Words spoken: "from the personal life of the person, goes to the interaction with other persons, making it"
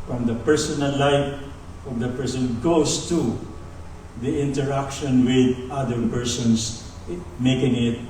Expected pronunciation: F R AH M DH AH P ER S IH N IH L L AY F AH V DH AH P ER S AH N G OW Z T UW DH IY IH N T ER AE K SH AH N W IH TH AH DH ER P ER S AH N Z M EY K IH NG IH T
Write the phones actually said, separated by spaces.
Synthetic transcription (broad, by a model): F R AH M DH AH P ER S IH N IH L L AY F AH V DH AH P ER S AH N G OW S T UW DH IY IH N T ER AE K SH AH N W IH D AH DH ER P ER S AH N S M EY K IH NG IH T